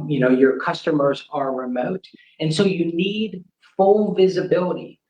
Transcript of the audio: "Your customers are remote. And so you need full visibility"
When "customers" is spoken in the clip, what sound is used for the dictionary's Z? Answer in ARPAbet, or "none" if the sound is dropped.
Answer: Z